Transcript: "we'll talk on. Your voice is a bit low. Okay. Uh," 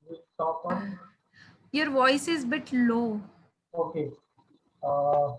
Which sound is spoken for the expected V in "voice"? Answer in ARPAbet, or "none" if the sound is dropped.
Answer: V